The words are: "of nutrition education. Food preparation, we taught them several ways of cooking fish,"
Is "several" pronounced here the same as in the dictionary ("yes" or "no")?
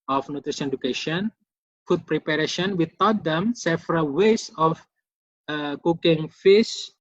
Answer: no